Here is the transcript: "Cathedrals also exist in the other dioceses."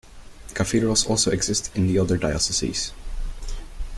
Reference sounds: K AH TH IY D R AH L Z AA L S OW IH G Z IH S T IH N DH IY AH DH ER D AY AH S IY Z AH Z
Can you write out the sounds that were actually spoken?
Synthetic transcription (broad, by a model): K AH F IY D R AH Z AA L S OW IH G Z IH S T IH N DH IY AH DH ER D AY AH S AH S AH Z